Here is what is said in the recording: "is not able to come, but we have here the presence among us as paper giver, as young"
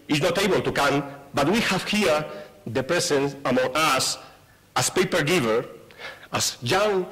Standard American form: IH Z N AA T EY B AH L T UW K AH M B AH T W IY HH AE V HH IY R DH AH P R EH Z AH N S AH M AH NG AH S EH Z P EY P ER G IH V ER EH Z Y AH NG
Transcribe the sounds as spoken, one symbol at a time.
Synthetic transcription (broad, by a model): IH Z N AA T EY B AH L T UW K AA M B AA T W IY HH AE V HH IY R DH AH P R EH S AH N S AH M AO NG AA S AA S P EY P ER G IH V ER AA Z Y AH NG